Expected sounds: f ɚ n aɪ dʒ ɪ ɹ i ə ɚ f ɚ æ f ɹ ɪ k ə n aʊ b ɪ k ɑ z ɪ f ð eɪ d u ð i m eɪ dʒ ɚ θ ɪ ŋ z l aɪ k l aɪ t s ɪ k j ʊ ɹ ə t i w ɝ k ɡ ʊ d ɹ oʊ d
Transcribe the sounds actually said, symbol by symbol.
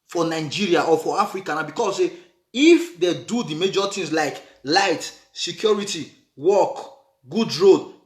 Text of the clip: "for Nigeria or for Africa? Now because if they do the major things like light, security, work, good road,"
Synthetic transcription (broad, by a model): f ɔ n aɪ dʒ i ɹ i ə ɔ f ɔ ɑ f ɹ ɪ k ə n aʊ b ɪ k ɑ s ɪ f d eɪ d u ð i m eɪ dʒ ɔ t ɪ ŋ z l aɪ k l aɪ t s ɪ k j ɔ ɹ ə t i w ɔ k ɡ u d ɹ oʊ d